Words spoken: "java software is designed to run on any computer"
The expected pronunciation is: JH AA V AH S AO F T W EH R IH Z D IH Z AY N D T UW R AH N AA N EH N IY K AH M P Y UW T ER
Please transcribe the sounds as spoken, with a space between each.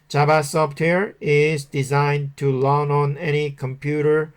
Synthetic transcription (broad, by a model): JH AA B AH S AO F T W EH R IH Z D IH Z AY N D T UW L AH N AA N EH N IY K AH M P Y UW T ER